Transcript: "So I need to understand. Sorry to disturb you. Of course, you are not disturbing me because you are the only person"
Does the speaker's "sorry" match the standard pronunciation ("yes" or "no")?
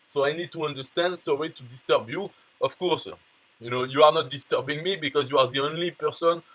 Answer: no